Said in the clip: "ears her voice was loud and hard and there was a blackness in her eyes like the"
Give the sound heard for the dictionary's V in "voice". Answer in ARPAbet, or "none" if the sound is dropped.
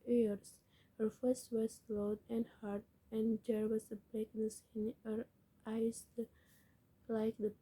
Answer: F